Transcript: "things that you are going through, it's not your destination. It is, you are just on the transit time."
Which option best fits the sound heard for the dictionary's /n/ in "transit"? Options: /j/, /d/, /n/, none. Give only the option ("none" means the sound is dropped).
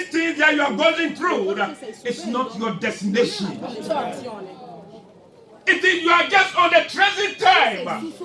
none